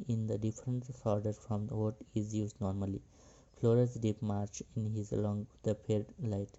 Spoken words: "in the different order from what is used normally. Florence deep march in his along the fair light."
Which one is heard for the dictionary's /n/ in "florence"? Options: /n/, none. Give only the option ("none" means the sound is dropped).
none